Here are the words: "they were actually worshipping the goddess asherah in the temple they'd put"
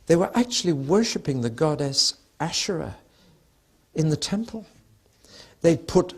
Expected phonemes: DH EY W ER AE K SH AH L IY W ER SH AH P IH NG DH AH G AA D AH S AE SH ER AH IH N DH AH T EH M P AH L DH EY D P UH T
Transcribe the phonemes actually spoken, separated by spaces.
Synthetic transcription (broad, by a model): DH EY W ER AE K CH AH L IY W ER SH AH P IH NG DH AH G AA D AH S AE SH ER AH IH N DH AH T EH M P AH L DH EY D P UH T